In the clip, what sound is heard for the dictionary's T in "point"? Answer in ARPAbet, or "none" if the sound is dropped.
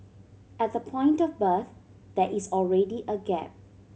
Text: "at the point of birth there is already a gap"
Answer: T